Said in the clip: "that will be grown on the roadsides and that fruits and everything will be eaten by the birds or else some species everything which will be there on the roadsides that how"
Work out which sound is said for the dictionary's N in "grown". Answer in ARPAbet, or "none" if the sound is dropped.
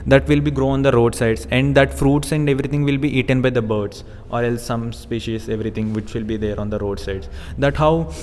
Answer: none